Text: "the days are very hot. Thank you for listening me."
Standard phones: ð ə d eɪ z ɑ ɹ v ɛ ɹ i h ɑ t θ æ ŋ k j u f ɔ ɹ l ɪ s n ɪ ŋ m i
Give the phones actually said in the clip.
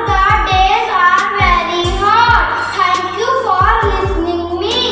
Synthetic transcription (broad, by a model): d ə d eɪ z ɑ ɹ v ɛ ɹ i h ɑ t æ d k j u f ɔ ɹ l ɪ s n ɪ ŋ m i